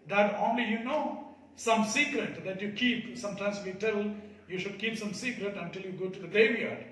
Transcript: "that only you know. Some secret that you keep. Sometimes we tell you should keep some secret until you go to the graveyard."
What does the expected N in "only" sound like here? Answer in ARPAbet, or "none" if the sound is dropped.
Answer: N